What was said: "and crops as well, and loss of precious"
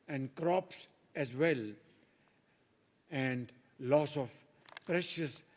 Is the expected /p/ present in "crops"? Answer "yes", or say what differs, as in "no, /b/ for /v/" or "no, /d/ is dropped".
yes